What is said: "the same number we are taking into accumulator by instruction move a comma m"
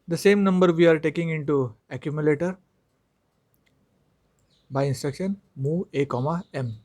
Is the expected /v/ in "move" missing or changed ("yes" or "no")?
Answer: yes